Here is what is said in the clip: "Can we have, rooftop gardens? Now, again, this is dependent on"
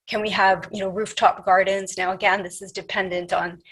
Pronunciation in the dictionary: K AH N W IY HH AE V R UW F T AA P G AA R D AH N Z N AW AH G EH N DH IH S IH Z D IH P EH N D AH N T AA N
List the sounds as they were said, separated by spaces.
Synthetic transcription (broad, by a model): K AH N W IY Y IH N R UW F T AA P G AA R D N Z N AW AH G EH N DH IH S IH Z D IH P EH N D AH N T N